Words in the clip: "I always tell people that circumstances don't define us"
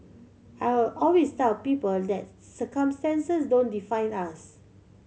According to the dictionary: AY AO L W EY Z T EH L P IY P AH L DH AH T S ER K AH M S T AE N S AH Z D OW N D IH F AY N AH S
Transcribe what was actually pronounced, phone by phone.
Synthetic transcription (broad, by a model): AY AO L W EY S T EH L P IY P AH L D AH T S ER K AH M S T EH N S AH S D OW N D IH F AY N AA S